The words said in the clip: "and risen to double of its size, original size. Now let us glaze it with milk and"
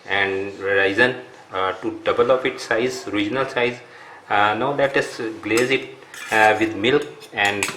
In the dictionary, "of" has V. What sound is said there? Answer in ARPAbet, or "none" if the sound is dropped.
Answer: P